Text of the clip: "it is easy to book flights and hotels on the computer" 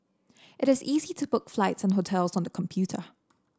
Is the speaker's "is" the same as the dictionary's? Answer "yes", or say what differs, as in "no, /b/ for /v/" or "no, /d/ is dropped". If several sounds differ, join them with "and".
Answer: yes